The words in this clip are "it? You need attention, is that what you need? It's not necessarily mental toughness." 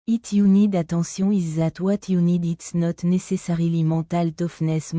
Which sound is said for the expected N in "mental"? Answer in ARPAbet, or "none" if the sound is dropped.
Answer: none